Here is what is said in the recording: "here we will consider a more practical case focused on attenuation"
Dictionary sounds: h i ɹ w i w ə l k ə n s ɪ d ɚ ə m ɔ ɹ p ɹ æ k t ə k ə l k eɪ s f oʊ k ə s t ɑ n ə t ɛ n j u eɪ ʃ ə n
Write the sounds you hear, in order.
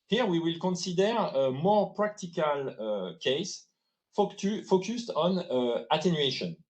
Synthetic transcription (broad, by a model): h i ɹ w i w ə l k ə n s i d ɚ ə m ɔ ɹ p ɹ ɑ k t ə k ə l k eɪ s f oʊ k ə s t ɑ n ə t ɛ n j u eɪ ʃ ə n